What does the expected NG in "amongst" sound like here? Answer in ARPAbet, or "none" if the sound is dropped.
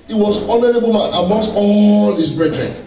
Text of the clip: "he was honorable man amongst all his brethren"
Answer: none